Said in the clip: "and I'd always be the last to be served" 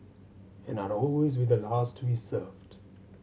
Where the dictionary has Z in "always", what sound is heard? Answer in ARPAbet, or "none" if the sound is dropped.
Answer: Z